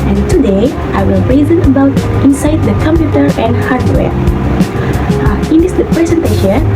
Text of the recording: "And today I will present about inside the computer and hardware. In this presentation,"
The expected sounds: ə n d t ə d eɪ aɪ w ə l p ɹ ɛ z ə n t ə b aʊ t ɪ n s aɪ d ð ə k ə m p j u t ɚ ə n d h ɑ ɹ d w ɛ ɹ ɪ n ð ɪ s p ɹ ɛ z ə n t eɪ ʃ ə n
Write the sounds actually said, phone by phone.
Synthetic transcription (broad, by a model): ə n t ə d eɪ aɪ w ə l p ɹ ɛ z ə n ə b aʊ t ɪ n s aɪ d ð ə k ə m p j u t ɚ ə n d h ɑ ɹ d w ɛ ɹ ɪ n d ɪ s p ɹ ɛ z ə n t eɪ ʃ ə n